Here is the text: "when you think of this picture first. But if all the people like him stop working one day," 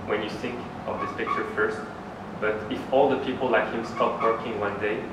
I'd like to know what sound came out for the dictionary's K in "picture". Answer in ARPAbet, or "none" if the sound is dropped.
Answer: K